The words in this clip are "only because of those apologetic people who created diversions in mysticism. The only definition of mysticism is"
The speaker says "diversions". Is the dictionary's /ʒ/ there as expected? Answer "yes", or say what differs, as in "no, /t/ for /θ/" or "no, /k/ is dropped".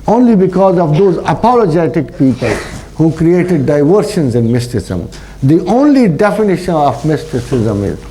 no, /ʃ/ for /ʒ/